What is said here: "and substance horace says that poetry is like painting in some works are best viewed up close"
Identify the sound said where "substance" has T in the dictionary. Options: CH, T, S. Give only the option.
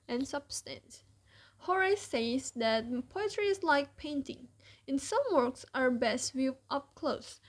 T